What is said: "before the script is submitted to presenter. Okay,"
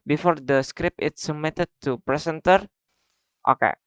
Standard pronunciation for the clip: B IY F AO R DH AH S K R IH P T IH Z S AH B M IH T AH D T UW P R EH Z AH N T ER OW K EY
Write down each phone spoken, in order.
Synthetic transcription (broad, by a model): B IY F AO R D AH S K R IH P IH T S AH M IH T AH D T UW P R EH S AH N T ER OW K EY